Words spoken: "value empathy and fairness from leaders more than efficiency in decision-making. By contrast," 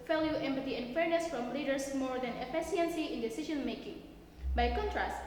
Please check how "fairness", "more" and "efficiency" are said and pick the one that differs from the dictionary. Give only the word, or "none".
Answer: efficiency